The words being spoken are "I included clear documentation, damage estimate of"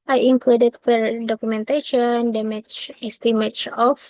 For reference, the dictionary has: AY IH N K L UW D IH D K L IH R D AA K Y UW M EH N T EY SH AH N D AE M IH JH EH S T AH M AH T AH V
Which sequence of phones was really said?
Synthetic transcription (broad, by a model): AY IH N K L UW D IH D K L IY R D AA K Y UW M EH N T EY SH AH N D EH M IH CH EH S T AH M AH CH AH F